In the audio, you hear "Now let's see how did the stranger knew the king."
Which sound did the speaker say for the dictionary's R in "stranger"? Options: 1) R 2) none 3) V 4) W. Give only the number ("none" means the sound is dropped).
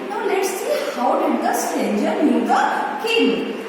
2